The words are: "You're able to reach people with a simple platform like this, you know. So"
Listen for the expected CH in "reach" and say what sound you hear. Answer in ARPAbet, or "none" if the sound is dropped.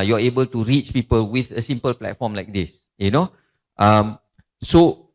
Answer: CH